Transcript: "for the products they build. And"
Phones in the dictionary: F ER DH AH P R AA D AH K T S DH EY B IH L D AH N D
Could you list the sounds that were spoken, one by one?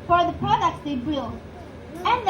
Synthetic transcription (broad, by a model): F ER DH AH P R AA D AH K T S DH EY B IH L AH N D